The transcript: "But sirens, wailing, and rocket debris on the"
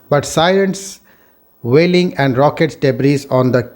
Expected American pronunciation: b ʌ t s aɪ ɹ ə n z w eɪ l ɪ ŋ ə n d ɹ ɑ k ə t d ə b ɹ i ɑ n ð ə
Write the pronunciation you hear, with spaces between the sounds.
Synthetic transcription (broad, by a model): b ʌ t s aɪ l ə n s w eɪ l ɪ ŋ ə n d ɹ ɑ k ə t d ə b ɹ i ɑ n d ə